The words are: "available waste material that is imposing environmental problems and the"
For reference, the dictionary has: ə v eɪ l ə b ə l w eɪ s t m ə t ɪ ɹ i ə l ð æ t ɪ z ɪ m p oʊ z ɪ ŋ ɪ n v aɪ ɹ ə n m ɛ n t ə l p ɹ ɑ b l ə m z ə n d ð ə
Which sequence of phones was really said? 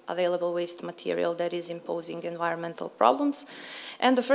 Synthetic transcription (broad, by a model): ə v eɪ l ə b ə l w eɪ s t m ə t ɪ ɹ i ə l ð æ t ɪ z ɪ m p oʊ z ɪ ŋ ɪ n v aɪ ɹ ə n m ɛ n t ə l p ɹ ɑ b l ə m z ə n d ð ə